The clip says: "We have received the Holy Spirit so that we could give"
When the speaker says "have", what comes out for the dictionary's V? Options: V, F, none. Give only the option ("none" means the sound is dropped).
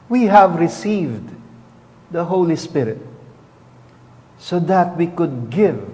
V